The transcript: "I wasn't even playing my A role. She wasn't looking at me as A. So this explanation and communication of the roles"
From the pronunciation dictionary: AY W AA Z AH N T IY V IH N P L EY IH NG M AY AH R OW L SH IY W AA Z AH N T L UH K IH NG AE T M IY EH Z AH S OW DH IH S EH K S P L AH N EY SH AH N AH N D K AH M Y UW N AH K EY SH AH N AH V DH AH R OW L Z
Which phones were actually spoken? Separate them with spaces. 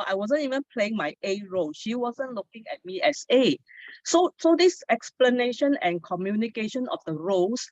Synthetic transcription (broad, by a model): AY W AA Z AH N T IY V IH N P L EY IH NG M AY AH R OW L SH IY W AA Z AH N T L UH K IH NG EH T M IY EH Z AH S OW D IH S EH K S P L AH N EY SH AH N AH N K AH M Y UW N AH K EY SH AH N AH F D AH R OW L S